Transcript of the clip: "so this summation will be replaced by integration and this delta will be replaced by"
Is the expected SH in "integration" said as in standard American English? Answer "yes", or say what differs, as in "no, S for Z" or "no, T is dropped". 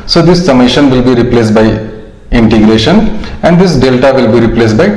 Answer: yes